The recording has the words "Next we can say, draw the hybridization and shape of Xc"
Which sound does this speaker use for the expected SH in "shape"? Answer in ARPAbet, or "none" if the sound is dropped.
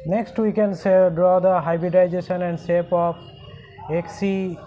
S